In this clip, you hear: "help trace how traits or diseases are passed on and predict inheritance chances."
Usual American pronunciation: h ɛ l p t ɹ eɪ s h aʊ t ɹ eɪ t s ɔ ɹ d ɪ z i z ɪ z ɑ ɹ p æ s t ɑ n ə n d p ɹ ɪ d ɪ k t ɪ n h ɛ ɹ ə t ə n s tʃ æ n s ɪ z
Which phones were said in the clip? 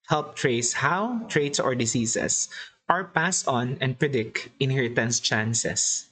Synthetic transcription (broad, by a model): h ɛ l p t ɹ eɪ s h aʊ t ɹ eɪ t s ɔ ɹ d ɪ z i s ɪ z ɑ ɹ p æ s ɑ n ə n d p ɹ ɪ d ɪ k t ɪ n h ɛ ɹ ə t ə n s tʃ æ n s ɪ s